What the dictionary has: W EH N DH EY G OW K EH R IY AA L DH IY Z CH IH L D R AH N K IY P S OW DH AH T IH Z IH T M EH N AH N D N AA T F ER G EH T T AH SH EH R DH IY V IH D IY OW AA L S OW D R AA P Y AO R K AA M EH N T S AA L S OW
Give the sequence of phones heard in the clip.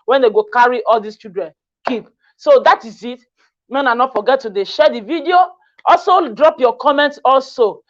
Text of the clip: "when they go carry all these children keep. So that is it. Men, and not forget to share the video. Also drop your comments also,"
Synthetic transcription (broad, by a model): W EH N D EY G OW K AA R IY AA L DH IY S CH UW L D R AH N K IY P S OW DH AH T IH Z IH T M EH N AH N N AA T F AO G EH T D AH SH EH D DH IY V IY D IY OW AA L S OW D R AA P Y AO K AA M EH N T S AA L S OW